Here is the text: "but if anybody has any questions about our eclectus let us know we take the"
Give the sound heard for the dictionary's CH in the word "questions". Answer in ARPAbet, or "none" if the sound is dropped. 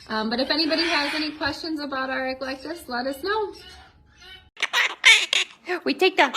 CH